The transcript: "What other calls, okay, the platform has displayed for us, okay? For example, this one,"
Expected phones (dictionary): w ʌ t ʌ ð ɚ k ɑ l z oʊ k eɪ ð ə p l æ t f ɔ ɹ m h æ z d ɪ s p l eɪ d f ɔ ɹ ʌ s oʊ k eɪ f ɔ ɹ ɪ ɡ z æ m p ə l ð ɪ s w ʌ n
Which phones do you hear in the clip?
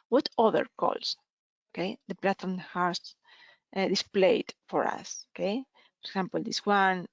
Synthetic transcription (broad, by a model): w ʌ t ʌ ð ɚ k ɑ l s oʊ k eɪ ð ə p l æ t ɔ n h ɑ s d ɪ s p l eɪ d f ɔ ɹ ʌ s oʊ k eɪ f ɔ ɹ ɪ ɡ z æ m p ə l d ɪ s w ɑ n